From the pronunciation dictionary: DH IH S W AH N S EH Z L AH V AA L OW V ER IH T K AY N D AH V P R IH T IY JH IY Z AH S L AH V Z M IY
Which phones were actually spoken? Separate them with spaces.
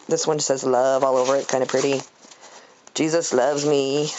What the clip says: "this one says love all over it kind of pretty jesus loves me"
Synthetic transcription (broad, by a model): DH IH S W AH N S EH Z L AH V AA L OW V ER IH T K AY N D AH P R IH T IY JH IY Z AH S L AH V Z M IY